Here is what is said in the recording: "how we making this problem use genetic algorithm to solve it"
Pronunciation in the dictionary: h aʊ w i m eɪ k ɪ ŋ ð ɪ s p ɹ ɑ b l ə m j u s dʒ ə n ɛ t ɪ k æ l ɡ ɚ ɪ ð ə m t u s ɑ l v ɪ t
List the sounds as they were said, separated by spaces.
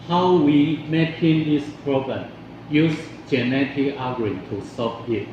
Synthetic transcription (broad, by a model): h aʊ w i m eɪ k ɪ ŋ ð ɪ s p ɹ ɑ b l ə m j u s dʒ ə n ɛ t ɪ k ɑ ɡ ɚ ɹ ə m t u s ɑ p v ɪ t